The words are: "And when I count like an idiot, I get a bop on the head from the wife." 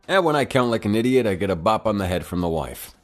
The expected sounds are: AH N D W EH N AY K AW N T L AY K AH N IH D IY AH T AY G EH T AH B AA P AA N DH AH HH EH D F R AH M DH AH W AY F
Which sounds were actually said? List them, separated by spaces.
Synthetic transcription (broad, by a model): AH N W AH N AY K AW N T L AY K AH N IH D IY AH T AY G EH T AH B AA P N DH AH HH EH D F R AH M DH AH W AY F